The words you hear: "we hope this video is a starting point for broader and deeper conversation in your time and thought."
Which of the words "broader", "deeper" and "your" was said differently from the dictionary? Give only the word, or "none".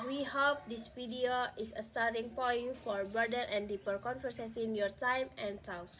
broader